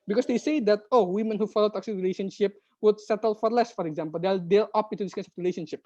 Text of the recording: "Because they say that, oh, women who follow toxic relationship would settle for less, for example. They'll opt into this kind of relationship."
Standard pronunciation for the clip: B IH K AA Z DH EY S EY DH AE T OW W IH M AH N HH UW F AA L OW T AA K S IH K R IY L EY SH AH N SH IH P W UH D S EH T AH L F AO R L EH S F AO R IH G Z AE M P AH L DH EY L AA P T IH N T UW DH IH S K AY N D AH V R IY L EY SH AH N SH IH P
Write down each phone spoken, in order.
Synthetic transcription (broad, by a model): B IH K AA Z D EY S EY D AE T OW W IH M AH N HH UW F AA L OW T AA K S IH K R IY L EY SH AH N SH IH P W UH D S EH T AH L F AO R L EH S F AO R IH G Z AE M P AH L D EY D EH T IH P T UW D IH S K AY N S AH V R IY L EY SH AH N SH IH P